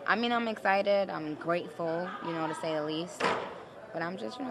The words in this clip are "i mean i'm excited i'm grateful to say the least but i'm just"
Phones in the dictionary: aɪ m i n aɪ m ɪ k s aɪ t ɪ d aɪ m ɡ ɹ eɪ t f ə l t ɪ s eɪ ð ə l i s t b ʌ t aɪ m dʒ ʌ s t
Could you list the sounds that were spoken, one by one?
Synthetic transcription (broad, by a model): aɪ m i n aɪ m ɪ k s aɪ t ɪ d aɪ m ɡ ɹ eɪ t f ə n t ɪ s eɪ ð ə l i s t b ʌ t aɪ m dʒ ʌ s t